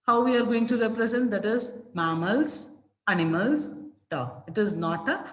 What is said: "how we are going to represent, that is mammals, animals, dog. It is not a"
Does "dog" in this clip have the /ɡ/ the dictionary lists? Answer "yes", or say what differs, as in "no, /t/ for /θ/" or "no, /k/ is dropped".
no, /ɡ/ is dropped